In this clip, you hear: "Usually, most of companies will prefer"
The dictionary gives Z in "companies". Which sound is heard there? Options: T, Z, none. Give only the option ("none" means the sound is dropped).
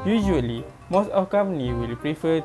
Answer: none